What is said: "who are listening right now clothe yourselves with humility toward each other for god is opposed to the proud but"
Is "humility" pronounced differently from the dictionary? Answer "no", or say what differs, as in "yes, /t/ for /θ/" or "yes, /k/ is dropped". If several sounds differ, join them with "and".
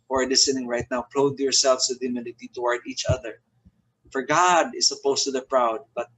yes, /n/ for /l/